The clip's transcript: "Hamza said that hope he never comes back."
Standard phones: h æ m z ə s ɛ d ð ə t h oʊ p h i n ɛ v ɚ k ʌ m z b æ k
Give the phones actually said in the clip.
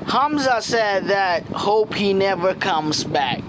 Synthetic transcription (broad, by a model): h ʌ m z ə s ɛ d ð ə t h oʊ p h i n ɛ v ɚ k ʌ m z b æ k